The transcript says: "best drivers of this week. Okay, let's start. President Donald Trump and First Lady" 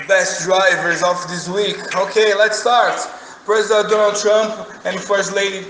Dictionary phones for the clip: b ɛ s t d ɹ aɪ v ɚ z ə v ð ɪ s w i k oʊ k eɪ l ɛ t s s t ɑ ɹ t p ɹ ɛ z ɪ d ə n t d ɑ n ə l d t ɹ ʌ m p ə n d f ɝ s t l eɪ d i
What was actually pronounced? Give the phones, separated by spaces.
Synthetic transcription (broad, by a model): b ɛ s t d ɹ aɪ v ɚ z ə f ð ɪ s w i k oʊ k eɪ l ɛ t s s t ɑ ɹ t p ɹ ɛ z ɪ d ə n t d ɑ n l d t ɹ ʌ m p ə n f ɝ s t l eɪ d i